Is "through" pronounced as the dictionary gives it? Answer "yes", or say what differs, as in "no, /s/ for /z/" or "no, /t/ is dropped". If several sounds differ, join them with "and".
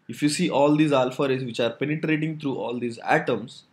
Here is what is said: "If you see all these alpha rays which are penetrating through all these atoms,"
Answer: no, /t/ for /θ/